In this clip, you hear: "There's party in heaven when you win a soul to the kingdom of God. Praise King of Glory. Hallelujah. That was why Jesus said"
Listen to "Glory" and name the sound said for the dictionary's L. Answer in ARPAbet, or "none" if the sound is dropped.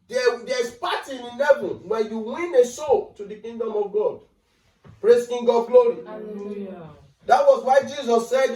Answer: none